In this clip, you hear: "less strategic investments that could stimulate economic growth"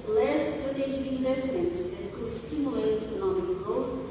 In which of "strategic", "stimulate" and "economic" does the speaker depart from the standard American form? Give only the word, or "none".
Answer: strategic